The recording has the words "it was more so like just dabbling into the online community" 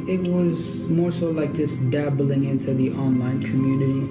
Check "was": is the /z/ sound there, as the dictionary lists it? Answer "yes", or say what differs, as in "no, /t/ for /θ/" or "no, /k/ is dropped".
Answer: yes